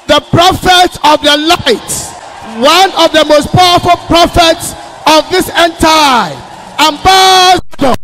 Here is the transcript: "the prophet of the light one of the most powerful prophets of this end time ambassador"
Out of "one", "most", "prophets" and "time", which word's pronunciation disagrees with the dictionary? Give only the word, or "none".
time